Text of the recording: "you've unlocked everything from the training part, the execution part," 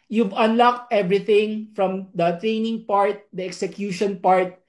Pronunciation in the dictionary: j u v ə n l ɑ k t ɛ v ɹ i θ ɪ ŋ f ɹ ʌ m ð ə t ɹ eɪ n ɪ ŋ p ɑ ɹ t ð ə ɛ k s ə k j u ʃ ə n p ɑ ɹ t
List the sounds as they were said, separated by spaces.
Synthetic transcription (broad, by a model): j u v ə n l ɑ k t ɛ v ɹ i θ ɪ ŋ f ɹ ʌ m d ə t ɹ eɪ n ɪ ŋ p ɑ ɹ t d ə ɛ k s ə k j u ʃ ə n p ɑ ɹ t